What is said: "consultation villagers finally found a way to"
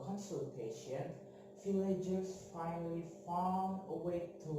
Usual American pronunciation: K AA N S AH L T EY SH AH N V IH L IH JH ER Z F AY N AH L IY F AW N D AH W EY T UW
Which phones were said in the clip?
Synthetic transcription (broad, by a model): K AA N S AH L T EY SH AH N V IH L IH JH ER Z F AY N AH L IY F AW AH W EY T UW